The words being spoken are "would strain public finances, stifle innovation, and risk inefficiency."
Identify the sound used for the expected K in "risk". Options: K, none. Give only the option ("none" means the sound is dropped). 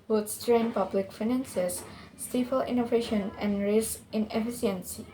none